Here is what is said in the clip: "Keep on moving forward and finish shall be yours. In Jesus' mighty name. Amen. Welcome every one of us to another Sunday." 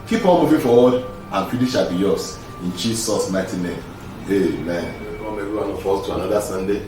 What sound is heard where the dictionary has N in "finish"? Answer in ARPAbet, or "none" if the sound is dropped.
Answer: L